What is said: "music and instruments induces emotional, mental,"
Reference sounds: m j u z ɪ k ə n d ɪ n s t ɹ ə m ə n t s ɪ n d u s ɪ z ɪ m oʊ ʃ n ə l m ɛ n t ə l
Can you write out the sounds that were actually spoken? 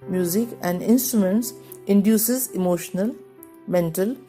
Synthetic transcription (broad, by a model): m j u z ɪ k ə n d ɪ n s t ɹ ə m ə n t s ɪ n d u s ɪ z ɪ m oʊ ʃ n ə l m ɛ n t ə l